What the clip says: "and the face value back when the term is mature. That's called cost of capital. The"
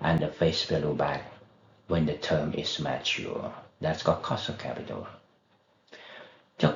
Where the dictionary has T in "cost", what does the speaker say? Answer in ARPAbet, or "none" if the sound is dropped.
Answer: none